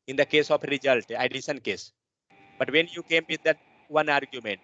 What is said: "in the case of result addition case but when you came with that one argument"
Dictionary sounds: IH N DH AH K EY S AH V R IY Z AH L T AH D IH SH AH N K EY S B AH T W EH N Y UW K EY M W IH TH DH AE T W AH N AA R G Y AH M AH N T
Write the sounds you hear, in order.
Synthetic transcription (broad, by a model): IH N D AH K EY S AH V R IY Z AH L T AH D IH S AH N K EY S B AH T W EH N Y UW K EY M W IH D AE T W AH N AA R G Y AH M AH N T